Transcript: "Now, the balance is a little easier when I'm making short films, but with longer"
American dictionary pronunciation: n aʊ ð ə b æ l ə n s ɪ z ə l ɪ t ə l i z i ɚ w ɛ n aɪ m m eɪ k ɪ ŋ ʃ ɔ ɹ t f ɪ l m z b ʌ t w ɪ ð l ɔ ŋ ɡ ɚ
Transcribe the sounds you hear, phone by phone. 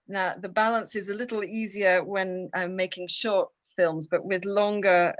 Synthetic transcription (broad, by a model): n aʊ ð ə b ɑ l ə n s ɪ z ə l ɪ t l i z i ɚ w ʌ n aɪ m m eɪ k ɪ ŋ ʃ ɔ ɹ t f ɪ l m z b ʌ t w ɪ ð l ɔ ŋ ɡ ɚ